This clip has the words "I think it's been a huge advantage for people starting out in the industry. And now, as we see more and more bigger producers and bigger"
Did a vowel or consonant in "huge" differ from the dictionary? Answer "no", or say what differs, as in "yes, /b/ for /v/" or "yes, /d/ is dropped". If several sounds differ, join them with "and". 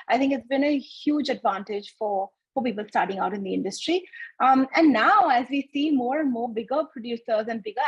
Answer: no